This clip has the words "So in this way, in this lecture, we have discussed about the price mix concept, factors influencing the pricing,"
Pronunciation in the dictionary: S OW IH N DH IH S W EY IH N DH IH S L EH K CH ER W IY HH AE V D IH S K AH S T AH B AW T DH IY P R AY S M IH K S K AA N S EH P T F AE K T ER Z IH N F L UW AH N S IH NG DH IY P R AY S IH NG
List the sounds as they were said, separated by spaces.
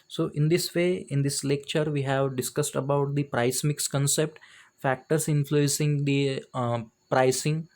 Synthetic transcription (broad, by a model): S OW IH N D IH S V EY IH N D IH S L EH K CH ER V IY HH AE V D IH S K AH S T AH B AW T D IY P R AY S M IH K S K AA N S EH P T F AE K T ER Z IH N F L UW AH N S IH NG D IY P R AY S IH NG